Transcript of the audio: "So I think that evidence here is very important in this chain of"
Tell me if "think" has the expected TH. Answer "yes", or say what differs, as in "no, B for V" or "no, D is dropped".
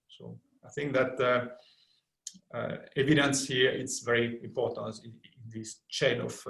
yes